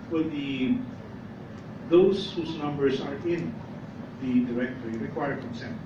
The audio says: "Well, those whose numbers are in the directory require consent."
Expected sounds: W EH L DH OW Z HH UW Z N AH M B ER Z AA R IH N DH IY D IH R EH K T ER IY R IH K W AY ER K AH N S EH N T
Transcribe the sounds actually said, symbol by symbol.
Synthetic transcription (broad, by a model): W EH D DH OW S HH UW S N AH M B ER S AA R IH N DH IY D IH R EH K T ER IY R IH K W AY ER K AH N S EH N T